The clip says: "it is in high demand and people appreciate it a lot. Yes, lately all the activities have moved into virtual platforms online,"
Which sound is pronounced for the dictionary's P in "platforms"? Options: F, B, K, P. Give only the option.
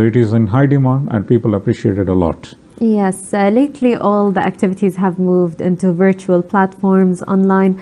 P